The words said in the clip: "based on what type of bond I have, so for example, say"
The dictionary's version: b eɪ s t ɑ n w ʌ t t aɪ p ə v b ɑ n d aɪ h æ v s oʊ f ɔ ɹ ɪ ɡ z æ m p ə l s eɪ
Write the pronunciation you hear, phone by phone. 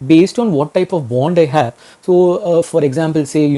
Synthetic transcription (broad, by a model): b eɪ s t ɑ n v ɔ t t aɪ p ə v b ɑ n d aɪ h æ v s oʊ f ɔ ɹ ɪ ɡ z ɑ m p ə l s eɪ